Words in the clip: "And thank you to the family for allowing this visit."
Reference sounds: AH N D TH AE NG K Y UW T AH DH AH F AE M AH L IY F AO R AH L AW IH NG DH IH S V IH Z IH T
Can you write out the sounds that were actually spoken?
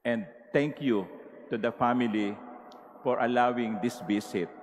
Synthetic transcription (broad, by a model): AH N D T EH NG K Y UW T AH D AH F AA M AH L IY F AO R AH L AW IH NG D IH S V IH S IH T